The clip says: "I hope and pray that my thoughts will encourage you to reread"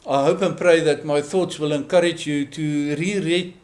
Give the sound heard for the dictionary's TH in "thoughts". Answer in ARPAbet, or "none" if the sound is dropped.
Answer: TH